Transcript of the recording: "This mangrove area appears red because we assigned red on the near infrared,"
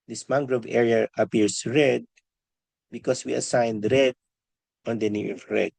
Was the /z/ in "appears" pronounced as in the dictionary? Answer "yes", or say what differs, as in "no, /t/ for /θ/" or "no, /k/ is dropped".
no, /s/ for /z/